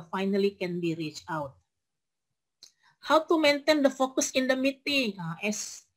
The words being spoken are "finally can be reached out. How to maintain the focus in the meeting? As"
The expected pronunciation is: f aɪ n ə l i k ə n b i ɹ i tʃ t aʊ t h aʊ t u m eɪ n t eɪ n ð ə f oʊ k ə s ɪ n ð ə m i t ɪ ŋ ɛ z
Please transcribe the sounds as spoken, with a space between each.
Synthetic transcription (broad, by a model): f aɪ n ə l i k ə n b i ɹ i tʃ aʊ t h aʊ t u m eɪ n t eɪ n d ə f oʊ k ə s ɪ n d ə m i t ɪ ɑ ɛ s